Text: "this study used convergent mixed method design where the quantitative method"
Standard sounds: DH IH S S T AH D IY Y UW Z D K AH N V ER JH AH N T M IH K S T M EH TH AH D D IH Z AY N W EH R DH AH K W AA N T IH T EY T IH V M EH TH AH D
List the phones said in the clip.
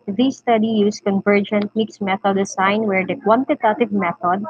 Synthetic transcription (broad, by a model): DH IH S S T AH D IY Y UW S K AH N V ER JH AH N T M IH K S M EH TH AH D D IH S AY N W EH R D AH K W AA N T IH T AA T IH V M EH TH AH D